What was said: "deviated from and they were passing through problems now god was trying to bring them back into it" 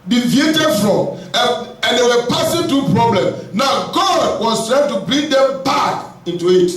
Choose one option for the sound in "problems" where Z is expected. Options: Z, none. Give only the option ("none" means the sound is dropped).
none